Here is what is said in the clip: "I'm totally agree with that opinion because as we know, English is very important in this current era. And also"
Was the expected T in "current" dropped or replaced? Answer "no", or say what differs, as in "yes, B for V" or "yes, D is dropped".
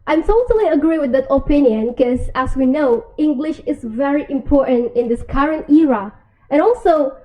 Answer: no